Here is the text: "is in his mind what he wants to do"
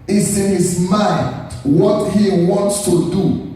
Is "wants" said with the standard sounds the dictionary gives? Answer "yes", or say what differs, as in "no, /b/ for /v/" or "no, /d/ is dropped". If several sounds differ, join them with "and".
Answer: yes